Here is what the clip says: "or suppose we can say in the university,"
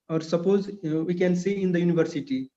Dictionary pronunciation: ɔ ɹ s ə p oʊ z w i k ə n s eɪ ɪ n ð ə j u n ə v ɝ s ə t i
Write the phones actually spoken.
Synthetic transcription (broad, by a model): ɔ ɹ s ə p oʊ z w i k ə n s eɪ ɪ n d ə j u n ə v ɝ s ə t i